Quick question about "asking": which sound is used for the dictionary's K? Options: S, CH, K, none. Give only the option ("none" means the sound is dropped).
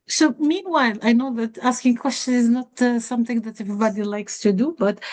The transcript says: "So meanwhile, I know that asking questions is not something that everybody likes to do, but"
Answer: K